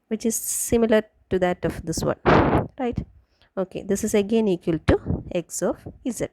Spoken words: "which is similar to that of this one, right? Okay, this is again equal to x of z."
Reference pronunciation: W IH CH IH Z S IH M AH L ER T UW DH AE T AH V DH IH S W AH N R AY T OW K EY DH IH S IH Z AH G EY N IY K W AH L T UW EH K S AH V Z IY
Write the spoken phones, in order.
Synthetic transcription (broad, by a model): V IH CH IH Z S IH M AH L ER T UW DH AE T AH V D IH S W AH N R AY T OW K EY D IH S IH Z AH G EY N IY K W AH L T UW EH K S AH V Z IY